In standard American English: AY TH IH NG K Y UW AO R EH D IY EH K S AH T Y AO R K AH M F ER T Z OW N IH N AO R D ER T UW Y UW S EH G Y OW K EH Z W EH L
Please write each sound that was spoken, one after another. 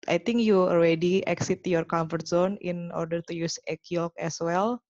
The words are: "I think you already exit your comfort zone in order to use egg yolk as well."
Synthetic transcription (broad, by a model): AY T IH NG K Y UW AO L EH D IY EH K S AH T Y AO R K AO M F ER T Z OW N IH N AO R D ER T UW Y UW S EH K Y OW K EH S W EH L